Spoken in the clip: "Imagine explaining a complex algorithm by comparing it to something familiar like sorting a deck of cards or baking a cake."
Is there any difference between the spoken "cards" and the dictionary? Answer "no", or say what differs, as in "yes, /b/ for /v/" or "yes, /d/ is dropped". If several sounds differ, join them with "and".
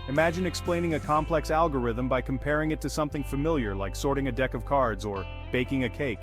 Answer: no